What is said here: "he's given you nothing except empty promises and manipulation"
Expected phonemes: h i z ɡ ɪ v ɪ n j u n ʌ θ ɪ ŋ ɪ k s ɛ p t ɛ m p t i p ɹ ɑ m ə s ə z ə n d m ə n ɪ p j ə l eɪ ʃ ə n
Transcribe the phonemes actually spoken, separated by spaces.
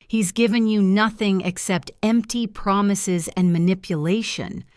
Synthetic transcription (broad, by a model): h i z ɡ ɪ v ɪ n j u n ʌ θ ɪ ŋ ɪ k s ɛ p t ɛ m p t i p ɹ ɑ m ə s ə z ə n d m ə n ɪ p j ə l eɪ ʃ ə n